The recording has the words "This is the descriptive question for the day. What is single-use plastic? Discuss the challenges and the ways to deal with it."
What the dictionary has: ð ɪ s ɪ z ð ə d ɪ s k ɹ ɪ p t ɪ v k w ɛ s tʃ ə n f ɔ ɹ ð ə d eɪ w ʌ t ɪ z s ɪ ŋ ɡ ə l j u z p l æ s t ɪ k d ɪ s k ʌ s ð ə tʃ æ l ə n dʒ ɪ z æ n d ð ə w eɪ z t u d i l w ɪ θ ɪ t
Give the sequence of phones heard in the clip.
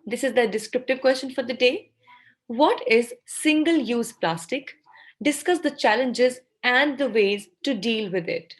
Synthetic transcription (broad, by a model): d ɪ s ɪ z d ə d ɪ s k ɹ ɪ p t ɪ v k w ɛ s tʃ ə n f ɔ ɹ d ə d eɪ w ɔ t ɪ z s ɪ ŋ ɡ ə l j u z p l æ s t ɪ k d ɪ s k ʌ s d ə tʃ æ l ə n dʒ ɪ z æ n d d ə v eɪ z t u d i l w ɪ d ɪ t